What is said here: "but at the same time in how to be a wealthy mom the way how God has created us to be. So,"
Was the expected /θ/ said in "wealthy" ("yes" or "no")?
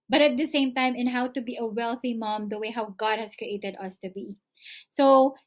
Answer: yes